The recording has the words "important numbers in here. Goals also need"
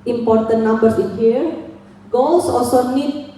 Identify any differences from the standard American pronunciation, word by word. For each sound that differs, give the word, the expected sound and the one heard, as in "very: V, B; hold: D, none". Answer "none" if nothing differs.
numbers: Z, S; goals: Z, S; also: L, none